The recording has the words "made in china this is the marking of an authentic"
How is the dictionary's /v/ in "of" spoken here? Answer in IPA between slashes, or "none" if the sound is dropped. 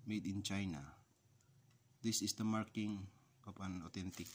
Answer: /p/